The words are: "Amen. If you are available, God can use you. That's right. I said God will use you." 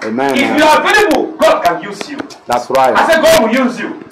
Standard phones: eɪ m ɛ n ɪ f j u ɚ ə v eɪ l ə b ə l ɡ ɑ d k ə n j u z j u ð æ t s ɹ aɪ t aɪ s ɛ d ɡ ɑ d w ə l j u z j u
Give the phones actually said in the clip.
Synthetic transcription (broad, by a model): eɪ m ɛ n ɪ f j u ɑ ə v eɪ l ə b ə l ɡ ɑ d k ə n j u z j u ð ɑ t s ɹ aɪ aɪ s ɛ ɡ ɑ d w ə j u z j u